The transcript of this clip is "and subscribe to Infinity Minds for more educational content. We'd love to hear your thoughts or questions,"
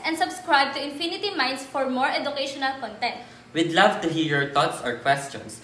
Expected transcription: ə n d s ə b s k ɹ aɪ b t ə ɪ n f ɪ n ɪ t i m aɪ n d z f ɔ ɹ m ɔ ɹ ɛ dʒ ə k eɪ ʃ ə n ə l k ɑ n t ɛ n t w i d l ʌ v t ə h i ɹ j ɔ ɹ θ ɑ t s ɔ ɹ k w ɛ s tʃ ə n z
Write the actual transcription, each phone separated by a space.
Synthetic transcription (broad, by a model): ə n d s ə b s k ɹ aɪ b t ə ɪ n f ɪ n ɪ t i m aɪ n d s f ɔ ɹ m ɔ ɹ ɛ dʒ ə k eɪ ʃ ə n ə l k ɑ n t ɛ n t w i d l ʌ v t ə h i ɹ j ɔ ɹ t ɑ t s ɔ ɹ k w ɛ s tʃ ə n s